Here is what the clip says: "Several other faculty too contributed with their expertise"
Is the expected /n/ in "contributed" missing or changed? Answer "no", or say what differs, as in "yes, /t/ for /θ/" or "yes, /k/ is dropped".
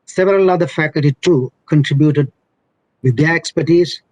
no